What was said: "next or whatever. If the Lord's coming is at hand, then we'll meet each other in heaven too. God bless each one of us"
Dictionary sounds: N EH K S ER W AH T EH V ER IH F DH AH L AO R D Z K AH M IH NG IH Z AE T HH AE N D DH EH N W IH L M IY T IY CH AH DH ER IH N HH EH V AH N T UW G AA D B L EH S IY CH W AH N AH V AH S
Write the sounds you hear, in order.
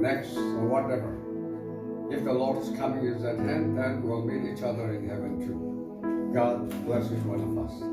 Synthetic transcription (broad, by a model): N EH K S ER W AH T EH V ER IH F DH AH L AO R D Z K AH M IH NG IH Z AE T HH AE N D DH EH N W IH L M IY T IY CH AH DH ER IH N HH EH V AH N T UW G AA D B L EH S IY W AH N AH V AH S